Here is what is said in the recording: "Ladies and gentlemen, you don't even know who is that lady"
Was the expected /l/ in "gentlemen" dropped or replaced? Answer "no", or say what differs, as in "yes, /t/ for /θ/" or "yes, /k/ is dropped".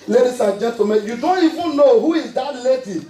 yes, /l/ is dropped